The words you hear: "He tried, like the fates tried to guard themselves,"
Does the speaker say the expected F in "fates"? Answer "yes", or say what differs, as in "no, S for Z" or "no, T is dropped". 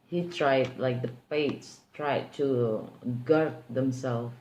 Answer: no, P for F